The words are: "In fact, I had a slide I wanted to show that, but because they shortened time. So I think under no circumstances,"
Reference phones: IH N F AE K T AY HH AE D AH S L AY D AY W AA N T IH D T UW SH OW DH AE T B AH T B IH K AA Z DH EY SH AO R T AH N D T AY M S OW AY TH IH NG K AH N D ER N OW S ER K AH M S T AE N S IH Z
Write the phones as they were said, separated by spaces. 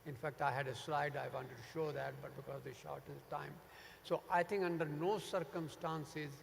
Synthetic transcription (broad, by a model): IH N F AE K T AY HH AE D AH S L AY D AY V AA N T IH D T UW SH OW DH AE T B AH T B IH K AA Z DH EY SH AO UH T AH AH T AY M S OW AY T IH NG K AH N D ER N OW S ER K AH M S T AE N S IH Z